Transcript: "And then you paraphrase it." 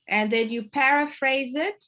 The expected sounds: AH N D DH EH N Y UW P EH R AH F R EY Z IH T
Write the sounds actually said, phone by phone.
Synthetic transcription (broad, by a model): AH N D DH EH N Y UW P EH R AH F R EY Z IH T